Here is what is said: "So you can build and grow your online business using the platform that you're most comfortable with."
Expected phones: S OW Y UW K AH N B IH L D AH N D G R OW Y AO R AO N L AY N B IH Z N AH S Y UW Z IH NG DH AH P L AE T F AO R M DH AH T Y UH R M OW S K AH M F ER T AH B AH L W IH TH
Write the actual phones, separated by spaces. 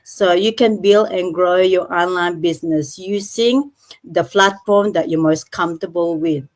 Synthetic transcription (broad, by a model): S OW Y UW K AH N B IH L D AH N G R OW Y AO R AO N L AY N B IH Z N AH S Y UW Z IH NG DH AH F L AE T F AO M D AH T Y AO M OW S K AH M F T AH B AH L W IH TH